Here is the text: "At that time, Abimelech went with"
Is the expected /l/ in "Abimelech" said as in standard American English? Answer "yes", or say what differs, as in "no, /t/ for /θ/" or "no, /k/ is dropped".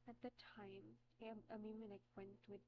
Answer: no, /n/ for /l/